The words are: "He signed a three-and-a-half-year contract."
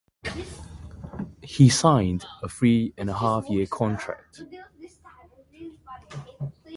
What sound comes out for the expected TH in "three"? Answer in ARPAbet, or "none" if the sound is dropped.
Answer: F